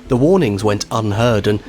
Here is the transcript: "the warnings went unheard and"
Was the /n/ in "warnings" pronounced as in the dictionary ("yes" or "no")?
yes